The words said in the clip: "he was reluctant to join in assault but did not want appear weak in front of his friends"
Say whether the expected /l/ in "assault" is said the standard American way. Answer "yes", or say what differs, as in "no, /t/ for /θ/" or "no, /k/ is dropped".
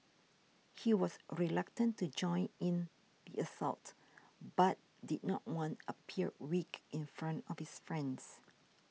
yes